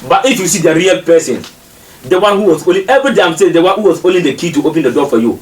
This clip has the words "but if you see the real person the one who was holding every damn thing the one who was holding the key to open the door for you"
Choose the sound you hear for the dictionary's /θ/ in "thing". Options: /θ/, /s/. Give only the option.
/s/